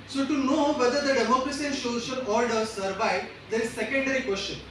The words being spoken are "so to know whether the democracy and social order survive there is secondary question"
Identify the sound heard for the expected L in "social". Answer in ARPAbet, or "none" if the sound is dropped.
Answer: N